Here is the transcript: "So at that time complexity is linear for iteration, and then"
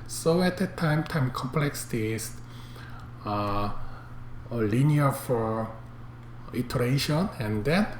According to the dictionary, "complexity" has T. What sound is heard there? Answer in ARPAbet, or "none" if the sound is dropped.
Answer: S